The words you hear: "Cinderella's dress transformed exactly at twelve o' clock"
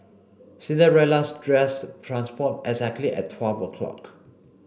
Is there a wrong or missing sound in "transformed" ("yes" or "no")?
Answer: yes